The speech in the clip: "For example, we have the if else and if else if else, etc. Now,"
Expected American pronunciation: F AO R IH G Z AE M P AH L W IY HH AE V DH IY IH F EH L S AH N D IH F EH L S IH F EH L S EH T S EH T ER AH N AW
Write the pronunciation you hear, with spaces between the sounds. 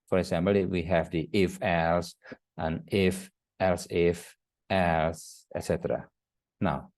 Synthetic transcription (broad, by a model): F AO R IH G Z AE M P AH L W IY HH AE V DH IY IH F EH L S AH N IH F EH L S IH F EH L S EH T S EH T ER AH N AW